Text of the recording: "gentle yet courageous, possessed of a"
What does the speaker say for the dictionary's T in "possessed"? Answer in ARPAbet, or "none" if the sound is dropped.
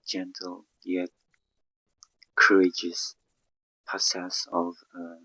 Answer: none